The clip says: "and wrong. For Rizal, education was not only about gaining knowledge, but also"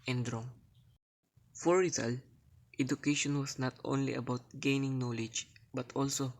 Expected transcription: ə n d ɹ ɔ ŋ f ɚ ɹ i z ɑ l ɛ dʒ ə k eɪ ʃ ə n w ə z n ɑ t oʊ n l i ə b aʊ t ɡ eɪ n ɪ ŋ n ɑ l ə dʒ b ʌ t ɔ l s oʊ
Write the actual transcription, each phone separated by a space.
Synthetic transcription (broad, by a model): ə n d ɹ ɔ ŋ f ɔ ɹ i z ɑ l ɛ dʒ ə k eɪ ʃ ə n w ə s n ɑ t oʊ n l i ə b aʊ t ɡ eɪ n ɪ ŋ n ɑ l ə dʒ b ʌ t ɔ l s oʊ